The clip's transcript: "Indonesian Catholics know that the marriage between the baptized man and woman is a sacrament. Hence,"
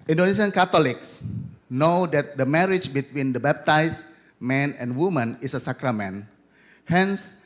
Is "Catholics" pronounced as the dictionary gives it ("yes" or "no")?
no